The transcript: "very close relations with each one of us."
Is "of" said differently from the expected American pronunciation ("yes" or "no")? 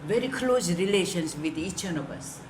yes